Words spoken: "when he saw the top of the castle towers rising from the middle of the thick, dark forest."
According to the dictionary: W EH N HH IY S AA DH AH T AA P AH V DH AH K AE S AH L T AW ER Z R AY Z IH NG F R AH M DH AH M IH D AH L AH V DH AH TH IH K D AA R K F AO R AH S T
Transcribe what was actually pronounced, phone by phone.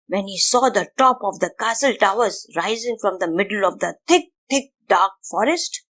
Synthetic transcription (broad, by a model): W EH N HH IY S AA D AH T AA P AH V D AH K AE S AH L T AW ER Z R AY Z IH NG F R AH M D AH M IH D AH L AH V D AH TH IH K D AA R K F AO R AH S T